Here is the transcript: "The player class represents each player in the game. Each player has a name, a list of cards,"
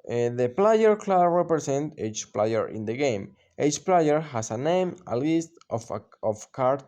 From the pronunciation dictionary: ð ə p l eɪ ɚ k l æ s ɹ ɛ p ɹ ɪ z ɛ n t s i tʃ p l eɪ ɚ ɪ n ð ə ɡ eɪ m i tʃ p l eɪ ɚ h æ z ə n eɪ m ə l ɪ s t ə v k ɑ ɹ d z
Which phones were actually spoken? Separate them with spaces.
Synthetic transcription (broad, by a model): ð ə p l eɪ ɚ k l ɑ ɹ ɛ p ɹ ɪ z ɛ n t i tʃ p l eɪ ɚ ɪ n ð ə ɡ eɪ m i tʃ p l eɪ ɚ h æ s ə n eɪ m ə l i s t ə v k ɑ ɹ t